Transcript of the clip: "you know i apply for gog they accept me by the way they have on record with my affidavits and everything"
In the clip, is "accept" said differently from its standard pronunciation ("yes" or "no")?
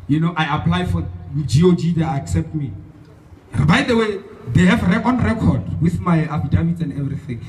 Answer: no